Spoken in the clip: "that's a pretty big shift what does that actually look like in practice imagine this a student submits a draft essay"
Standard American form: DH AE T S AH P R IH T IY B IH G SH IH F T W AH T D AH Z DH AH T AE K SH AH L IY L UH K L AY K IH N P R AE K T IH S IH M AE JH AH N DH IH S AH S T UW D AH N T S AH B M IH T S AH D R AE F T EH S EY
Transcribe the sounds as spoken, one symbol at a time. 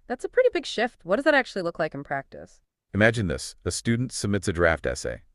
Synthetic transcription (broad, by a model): DH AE T S AH P R IH T IY B IH G SH IH F T W AH T D AH Z DH AH T AE K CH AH L IY L UH K L AY K N P R AE K T IH S IH M AE JH AH N DH IH S AH S T UW D N T S AH B M IH T S AH D R AE F T EH S EY